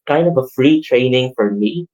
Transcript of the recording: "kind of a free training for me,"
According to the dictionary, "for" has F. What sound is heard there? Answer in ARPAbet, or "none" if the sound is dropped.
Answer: F